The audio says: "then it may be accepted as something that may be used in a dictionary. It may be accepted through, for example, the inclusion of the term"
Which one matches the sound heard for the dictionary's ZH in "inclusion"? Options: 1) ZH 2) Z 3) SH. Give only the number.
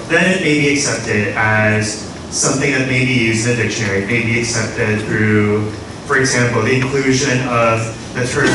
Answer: 1